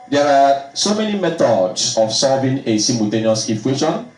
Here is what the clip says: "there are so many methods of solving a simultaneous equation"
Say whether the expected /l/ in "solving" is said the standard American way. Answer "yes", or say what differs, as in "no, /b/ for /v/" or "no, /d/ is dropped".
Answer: no, /l/ is dropped